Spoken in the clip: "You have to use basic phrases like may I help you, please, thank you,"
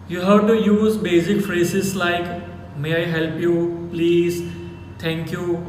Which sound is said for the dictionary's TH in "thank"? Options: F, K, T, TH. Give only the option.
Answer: T